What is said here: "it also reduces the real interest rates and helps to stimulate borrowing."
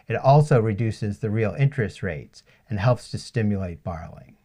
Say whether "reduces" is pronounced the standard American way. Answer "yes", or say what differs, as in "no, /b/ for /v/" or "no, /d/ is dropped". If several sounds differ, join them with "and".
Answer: yes